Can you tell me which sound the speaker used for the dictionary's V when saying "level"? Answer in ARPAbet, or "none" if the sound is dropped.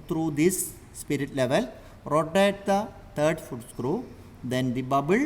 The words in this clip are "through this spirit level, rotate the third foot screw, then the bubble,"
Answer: V